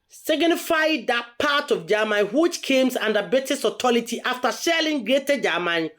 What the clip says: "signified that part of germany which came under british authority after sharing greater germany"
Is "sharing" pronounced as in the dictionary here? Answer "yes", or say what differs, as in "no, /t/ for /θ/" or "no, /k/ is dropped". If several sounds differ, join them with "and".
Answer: no, /l/ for /ɹ/